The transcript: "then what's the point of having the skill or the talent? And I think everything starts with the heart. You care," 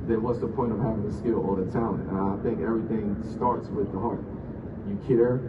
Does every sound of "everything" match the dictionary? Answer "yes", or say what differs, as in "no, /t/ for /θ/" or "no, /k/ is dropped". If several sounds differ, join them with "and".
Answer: yes